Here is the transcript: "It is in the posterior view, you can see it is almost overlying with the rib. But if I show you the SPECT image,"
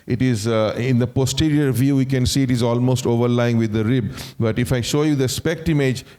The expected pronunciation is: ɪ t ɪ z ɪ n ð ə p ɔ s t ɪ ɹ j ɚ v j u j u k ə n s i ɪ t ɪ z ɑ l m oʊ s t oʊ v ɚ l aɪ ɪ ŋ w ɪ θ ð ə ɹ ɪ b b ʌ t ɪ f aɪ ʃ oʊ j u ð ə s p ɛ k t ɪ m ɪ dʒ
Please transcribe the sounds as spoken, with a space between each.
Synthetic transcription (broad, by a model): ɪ t ɪ z ɪ n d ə p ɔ s t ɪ ɹ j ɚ v j u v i k ə n s i ɪ t ɪ z ɑ l m oʊ s t oʊ v ɚ l aɪ ɪ ŋ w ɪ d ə ɹ ɪ b b ʌ t ɪ f aɪ ʃ oʊ j u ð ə s p ɛ k t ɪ m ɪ dʒ